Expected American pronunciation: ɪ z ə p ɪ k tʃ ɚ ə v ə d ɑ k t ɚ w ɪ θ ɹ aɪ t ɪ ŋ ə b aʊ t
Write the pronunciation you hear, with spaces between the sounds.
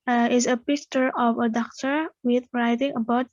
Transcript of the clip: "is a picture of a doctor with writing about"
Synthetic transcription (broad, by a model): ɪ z ə p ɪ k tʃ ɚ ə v ə d ɑ k t ɚ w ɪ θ ɹ aɪ t ɪ ŋ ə b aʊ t